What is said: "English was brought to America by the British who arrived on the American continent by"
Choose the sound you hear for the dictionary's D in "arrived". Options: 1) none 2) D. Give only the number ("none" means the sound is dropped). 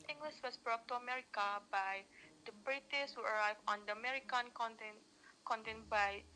1